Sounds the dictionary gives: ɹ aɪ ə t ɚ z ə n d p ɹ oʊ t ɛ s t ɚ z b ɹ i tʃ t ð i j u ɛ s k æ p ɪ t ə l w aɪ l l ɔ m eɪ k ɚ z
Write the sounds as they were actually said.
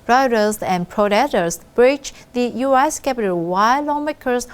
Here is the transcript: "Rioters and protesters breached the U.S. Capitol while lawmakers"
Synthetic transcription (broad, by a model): ɹ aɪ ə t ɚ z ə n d p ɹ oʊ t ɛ t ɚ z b ɹ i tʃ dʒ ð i j u ɛ s k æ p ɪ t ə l w aɪ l l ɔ m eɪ k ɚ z